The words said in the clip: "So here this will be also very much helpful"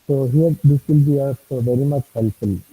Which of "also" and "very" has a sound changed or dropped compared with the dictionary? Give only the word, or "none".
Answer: also